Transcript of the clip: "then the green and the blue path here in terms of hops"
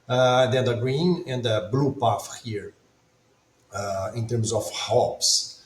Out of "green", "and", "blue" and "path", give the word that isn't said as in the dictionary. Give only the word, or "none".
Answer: path